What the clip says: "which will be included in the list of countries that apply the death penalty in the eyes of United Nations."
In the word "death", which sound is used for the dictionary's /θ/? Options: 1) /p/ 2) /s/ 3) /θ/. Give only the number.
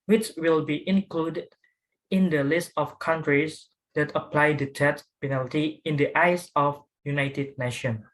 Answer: 2